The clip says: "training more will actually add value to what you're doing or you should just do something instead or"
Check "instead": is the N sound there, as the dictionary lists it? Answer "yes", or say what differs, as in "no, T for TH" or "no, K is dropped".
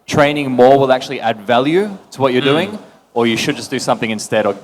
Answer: yes